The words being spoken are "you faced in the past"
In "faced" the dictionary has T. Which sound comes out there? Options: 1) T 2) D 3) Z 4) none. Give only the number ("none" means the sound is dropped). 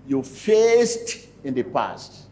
1